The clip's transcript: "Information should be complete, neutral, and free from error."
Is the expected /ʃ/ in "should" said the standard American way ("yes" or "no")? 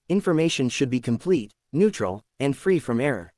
yes